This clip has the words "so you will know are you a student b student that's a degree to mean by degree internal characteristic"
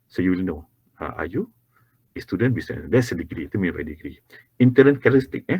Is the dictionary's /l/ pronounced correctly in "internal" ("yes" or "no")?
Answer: no